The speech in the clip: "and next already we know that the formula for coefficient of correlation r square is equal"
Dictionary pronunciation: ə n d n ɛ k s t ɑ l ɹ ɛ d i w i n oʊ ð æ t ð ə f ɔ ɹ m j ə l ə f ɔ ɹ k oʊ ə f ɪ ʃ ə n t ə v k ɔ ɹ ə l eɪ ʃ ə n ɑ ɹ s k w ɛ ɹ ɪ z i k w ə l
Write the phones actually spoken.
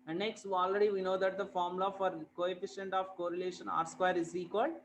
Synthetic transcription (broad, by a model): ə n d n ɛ k s t ɑ l ɹ ɛ d i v i n oʊ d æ t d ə f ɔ ɹ m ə l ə f ɔ ɹ k oʊ ə f ɪ ʃ ə n t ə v k ɔ ɹ ə l eɪ ʃ ə n ɑ ɹ s k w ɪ ɹ ɪ z i k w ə l